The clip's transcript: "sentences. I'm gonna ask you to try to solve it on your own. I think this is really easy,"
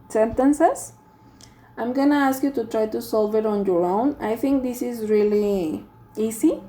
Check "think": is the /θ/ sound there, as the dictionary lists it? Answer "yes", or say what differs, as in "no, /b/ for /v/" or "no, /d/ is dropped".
no, /t/ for /θ/